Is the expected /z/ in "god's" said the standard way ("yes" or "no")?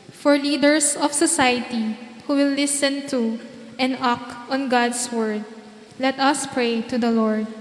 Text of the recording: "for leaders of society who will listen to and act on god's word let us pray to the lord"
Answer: no